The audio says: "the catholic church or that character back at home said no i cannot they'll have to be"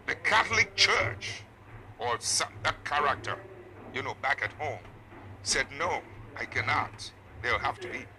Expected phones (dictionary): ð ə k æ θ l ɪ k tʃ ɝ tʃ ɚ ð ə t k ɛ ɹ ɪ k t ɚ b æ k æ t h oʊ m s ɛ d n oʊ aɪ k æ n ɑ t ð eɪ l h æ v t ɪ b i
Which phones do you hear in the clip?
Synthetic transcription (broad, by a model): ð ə k æ θ l ɪ k tʃ ɝ tʃ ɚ ð ə t k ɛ ɹ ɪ k t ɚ b æ k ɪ t h oʊ m s ɛ d n oʊ aɪ k æ n ɑ t ð eɪ l h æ f t ɪ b i